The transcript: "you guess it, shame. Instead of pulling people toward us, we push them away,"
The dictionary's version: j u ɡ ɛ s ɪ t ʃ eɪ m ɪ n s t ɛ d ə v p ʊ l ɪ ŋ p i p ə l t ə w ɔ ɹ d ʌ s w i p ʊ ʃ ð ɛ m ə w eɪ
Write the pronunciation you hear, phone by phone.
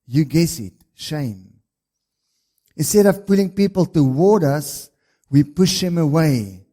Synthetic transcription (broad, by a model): j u ɡ ɛ s ɪ t ʃ eɪ m ɪ n s t ɛ d ə v p ʊ l ɪ ŋ p i p ə l t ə w ɔ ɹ d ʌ s w i p ʊ ʃ ð ɛ m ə w eɪ